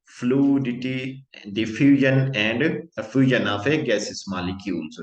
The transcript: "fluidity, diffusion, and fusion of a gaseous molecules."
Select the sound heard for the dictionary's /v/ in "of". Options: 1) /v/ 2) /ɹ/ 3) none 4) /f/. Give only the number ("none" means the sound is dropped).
4